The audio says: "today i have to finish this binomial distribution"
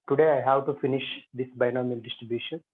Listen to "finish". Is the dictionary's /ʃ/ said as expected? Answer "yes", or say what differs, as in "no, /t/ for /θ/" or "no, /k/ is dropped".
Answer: yes